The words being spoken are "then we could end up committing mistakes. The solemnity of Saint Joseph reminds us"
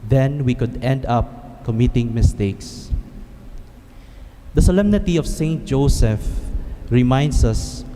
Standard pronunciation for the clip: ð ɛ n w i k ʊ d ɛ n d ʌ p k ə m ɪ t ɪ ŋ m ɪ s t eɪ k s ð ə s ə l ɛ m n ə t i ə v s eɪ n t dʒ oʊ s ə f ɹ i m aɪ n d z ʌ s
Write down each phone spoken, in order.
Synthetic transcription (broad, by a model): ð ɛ n w i k ʊ d ɛ n d ʌ p k ə m ɪ t ɪ ŋ m ɪ s t eɪ k s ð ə s ə l ɛ m n ə t i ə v s eɪ n t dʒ oʊ s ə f ɹ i m aɪ n d s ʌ s